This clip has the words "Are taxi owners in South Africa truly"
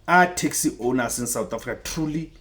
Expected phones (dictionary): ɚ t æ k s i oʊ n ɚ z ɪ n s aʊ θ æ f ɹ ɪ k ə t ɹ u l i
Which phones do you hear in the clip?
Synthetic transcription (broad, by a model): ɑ t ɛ k s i oʊ n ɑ s ɪ n s aʊ t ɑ f ɹ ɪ k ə t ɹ u l i